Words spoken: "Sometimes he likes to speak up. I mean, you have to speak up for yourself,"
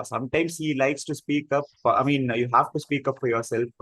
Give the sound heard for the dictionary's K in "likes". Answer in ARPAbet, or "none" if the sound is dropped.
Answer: K